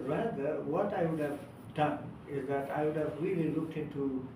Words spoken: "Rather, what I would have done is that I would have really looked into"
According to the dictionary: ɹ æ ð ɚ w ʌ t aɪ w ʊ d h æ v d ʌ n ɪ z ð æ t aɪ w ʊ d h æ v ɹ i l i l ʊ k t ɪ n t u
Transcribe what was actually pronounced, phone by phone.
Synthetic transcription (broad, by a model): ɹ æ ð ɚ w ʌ t aɪ w ʊ d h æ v d ʌ n ɪ z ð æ t aɪ w ʊ d h æ v ɹ i l i l ʊ k t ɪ n t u